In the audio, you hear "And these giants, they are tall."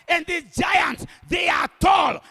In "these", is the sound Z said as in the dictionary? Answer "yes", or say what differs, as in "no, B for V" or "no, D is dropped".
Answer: no, Z is dropped